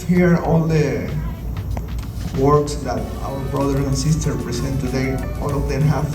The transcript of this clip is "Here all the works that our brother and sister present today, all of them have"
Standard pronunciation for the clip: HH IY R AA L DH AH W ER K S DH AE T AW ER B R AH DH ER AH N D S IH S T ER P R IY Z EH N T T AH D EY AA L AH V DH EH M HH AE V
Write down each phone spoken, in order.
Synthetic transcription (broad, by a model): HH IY R AA L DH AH W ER K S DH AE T AW ER B R AH DH ER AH N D S IH S T ER P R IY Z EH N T T AH D EY AA L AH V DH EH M HH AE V